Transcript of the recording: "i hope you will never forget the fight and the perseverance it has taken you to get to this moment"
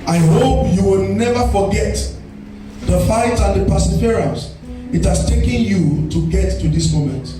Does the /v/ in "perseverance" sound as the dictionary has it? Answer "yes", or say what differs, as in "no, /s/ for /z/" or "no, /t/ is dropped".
no, /f/ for /v/